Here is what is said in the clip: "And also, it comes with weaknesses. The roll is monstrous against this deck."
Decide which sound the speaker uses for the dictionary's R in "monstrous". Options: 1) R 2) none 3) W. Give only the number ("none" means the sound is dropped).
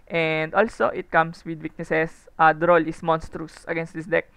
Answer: 1